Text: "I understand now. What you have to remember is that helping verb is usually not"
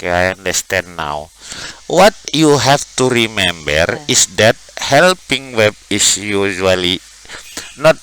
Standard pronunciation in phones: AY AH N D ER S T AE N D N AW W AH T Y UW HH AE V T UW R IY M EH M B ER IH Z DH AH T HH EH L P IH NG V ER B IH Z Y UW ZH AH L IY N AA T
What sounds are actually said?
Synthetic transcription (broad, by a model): AY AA N D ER S T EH N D N AW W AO T Y UW HH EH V T UW R IY M EH M B ER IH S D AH T HH EH L P IH NG W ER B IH S Y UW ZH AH L IY N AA T